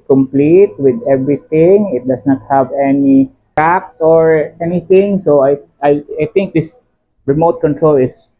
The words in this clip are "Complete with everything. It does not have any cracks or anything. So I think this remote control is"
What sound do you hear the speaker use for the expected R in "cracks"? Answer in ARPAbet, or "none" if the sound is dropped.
none